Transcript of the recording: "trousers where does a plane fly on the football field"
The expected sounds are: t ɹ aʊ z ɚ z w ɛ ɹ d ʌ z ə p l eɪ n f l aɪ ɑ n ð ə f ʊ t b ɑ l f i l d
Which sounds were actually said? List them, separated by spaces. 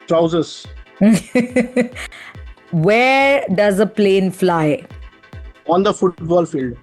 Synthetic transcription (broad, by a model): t ɹ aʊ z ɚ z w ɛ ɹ d ʌ z ə p l eɪ n f l aɪ ɑ n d ə f ʊ t b ɑ l f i l d